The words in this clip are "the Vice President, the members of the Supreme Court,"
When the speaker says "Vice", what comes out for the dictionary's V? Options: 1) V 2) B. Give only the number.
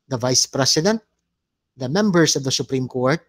1